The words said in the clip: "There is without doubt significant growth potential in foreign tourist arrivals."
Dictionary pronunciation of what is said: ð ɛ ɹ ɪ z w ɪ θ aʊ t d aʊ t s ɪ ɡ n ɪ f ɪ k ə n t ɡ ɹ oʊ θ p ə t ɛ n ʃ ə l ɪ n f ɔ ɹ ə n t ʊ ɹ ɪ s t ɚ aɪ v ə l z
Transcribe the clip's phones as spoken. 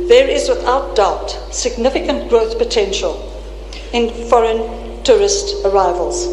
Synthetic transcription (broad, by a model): ð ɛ ɹ ɪ z w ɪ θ aʊ t d aʊ t s ɪ ɡ n ɪ f ɪ k ə n t ɡ ɹ oʊ θ p ə t ɛ n ʃ ə l ɪ n f ɔ ɹ ə n t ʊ ɹ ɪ s t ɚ aɪ v ə l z